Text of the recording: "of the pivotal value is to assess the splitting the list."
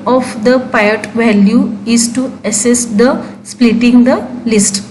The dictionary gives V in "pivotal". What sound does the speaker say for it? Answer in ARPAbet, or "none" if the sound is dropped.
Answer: none